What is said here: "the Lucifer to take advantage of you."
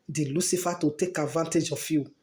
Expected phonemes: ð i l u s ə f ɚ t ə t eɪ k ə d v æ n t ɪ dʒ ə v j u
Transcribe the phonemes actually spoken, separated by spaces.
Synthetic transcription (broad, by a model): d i l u s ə f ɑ t ə t eɪ k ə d v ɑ n t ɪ dʒ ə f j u